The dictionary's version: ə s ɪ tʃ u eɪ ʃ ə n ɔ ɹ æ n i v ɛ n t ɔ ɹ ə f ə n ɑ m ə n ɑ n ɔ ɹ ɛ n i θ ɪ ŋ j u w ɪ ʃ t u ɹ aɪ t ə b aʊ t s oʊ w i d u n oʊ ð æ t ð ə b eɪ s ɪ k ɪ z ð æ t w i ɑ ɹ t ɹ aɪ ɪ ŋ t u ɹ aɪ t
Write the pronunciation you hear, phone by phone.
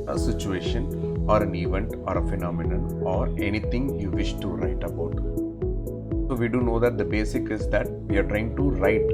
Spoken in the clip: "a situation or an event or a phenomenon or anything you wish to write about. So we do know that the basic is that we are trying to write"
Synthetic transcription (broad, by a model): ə s ɪ tʃ u eɪ ʃ ə n ɔ ɹ æ n i v ɛ n t ɔ ɹ ə f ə n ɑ m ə n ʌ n ɔ ɹ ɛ n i t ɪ ŋ j u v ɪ ʃ t u ɹ aɪ t ə b aʊ t s oʊ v i d u n oʊ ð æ t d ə b eɪ s ɪ k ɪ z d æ t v i ɑ ɹ t ɹ aɪ ɪ ŋ t u ɹ aɪ t